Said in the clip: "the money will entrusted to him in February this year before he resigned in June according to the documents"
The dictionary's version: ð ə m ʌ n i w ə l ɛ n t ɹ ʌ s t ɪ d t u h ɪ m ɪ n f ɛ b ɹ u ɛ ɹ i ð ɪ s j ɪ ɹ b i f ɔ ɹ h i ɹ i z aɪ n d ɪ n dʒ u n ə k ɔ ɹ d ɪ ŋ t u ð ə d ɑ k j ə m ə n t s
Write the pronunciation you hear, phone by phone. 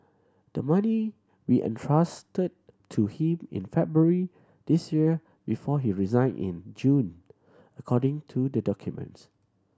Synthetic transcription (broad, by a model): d ə m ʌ n i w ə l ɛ n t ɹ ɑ s t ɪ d t u h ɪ m ɪ n f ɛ b ɹ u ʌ ɹ i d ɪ s j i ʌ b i f ɔ h i ɹ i z aɪ n ɪ n dʒ u n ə k ɔ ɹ d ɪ ŋ t u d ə d ɑ k j ə m ə n t s